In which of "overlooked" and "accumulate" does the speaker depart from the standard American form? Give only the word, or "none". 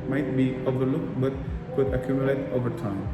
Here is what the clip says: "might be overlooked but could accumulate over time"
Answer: none